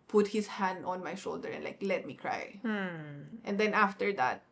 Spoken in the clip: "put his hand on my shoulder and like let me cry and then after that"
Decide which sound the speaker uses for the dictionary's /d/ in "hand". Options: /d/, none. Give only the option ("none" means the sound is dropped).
/d/